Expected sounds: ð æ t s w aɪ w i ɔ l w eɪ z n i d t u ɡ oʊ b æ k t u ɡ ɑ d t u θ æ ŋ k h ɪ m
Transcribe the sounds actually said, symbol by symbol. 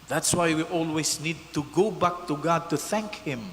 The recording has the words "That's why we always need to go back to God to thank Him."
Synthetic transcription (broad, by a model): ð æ t s w aɪ w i ɔ l w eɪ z n i d t u ɡ oʊ b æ k t u ɡ ɑ d t u θ æ ŋ k h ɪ m